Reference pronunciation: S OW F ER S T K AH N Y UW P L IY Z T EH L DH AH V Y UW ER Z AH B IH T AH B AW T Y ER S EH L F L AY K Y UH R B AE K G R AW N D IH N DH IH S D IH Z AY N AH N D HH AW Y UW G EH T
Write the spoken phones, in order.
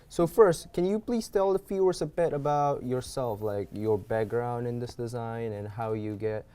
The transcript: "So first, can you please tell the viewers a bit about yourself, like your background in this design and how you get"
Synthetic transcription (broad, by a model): S OW F ER S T K AH N Y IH P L IY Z T EH L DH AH F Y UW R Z AH B IH T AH B AW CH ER S EH L F L AY K Y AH R B AE K G R AW N D IH N DH IH S D IH Z AY N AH N HH AW Y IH G EH T